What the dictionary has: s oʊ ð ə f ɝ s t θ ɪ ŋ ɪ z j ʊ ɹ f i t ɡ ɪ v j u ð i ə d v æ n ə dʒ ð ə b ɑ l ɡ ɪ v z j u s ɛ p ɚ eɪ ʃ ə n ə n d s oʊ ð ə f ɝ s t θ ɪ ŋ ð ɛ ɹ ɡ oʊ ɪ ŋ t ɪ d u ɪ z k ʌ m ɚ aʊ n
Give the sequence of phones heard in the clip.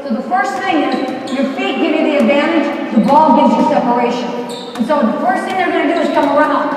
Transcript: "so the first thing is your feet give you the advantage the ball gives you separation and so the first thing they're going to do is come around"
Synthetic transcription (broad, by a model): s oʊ ð ə f ɝ s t θ ɪ ŋ ɪ z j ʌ ɹ f i t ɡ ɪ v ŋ ð i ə d v æ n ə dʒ ð ə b ɑ l ɡ ɪ v z j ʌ s ɛ p ɚ eɪ ʃ ə n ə n s oʊ ð ə f ɝ s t θ ɪ ŋ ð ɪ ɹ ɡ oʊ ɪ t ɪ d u ɪ z k ʌ m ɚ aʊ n